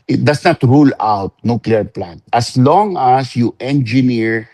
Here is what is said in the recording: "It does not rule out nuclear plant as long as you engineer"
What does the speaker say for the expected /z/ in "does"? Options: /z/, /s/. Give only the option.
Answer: /s/